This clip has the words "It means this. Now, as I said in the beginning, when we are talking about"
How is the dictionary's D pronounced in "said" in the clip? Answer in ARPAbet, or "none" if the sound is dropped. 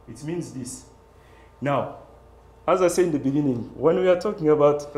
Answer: none